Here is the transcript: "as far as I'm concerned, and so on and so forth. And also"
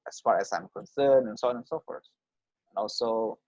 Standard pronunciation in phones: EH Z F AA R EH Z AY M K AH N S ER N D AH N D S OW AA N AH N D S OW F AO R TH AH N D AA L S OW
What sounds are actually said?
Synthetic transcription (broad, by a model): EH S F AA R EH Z AY M K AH N S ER N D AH N S OW AA N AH N S OW F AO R S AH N AA L S OW